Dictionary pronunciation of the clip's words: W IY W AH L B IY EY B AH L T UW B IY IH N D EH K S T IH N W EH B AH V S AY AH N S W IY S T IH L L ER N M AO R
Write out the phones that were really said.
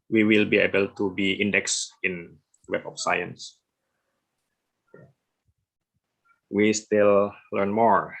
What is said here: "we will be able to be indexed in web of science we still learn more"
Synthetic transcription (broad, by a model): W IY W AH L B IY EY B AH L T UW B IY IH N D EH K S IH N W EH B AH F S AY AH N S W IY S T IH L L ER N M AO R